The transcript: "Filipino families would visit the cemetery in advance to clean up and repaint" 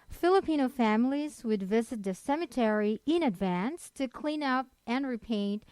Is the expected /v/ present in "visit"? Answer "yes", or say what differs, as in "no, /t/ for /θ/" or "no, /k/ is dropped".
yes